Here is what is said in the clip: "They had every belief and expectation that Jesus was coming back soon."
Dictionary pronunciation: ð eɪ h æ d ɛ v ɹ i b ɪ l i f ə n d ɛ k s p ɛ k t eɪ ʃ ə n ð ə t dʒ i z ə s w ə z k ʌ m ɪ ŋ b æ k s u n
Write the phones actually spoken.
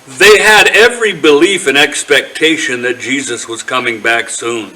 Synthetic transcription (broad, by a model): ð eɪ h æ d ɛ v ɹ i b ɪ l i f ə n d ɛ k s p ɛ k t eɪ ʃ ə n ð ə t dʒ i z ə s w ə z k ʌ m ɪ ŋ b æ k s u n